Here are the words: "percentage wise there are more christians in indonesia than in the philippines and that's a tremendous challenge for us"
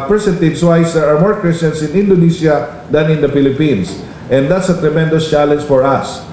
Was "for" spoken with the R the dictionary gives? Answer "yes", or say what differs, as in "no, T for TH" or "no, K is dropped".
yes